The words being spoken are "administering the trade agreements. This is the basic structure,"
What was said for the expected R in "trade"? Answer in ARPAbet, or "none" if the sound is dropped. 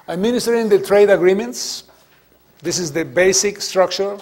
R